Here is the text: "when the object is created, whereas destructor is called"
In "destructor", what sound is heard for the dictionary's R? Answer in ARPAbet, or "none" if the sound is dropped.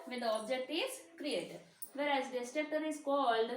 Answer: none